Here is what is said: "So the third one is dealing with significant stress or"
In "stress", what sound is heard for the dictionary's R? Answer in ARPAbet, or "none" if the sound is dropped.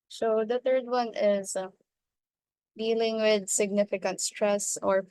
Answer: R